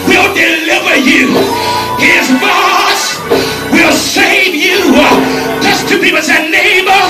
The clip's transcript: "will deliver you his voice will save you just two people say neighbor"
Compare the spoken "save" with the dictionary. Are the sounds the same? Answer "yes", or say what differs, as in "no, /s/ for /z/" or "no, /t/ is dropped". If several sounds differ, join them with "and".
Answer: yes